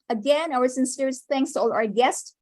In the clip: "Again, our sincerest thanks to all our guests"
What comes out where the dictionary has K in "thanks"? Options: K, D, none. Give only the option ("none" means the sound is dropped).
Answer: K